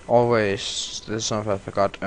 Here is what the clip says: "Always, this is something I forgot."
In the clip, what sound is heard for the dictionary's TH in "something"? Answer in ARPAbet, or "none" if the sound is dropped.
F